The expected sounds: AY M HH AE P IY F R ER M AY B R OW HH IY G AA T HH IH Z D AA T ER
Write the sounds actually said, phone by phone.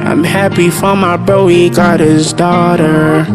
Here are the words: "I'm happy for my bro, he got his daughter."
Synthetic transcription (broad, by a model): AY M HH AE P IY F R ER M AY B OW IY G AA T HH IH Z D AA T ER